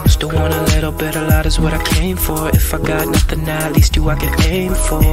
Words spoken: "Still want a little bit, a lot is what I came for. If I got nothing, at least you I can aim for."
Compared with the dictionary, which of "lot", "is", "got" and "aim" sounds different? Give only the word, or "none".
none